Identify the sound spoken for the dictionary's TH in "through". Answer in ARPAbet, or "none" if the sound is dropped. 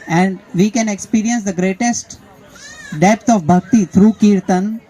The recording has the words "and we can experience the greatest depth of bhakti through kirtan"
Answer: T